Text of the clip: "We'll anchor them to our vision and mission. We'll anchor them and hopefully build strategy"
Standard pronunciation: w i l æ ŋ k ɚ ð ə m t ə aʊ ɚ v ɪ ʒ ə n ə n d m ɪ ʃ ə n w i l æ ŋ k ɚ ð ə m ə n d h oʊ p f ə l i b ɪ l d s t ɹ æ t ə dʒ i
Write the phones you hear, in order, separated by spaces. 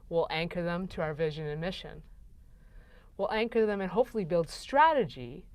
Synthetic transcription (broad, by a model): w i l æ ŋ k ɚ ð ə m t ə aʊ ɚ v ɪ ʒ ə n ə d m ɪ ʃ ə n w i l æ ŋ k ɚ ð ə m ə n h oʊ p f l i b ɪ l d s t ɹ æ t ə dʒ i